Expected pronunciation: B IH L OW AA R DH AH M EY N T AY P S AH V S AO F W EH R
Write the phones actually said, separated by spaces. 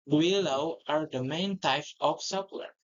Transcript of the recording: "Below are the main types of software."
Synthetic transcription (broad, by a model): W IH L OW AA R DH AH M EY N T AY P AH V S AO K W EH R